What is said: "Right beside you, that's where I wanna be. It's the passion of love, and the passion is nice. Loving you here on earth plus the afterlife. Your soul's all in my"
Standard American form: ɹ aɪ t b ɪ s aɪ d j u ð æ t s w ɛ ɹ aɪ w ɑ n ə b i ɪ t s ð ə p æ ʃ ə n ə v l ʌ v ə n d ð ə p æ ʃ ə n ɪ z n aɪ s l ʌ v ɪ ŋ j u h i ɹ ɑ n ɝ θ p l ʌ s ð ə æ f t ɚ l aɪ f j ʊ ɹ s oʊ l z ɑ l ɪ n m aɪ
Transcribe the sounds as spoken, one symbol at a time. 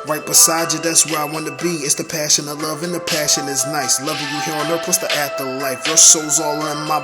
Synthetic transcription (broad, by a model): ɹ aɪ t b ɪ s aɪ d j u ð æ t s w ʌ ɹ aɪ w ɑ n ə b i ɪ t s ð ə p æ ʃ ə n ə l ʌ v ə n ð ə p æ ʃ ə n ɪ z n aɪ s l ʌ v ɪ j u h i ɹ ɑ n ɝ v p ʌ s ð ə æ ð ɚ l aɪ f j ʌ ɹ s oʊ l z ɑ l ɪ n m aɪ